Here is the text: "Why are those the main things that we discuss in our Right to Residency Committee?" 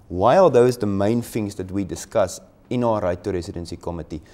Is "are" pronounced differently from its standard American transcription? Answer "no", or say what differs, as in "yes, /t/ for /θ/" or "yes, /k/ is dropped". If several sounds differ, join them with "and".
yes, /l/ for /ɹ/